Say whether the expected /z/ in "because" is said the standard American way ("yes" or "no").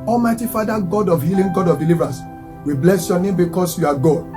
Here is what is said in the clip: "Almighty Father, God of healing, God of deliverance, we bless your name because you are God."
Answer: no